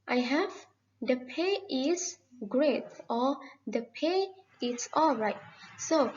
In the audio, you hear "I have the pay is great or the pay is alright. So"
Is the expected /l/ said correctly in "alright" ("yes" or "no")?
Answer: yes